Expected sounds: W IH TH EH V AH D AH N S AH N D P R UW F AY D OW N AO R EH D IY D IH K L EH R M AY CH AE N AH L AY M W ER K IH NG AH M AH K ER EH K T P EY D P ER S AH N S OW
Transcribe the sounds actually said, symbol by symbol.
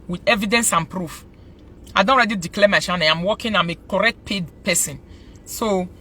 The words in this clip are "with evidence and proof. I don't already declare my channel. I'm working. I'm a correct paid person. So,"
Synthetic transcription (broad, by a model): W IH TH EH V AH D AH N S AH N P R UW F AY D OW N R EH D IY D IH K L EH M AY SH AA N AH N AY M W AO K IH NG AH M AH K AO EH K T P EY D P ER S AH N S OW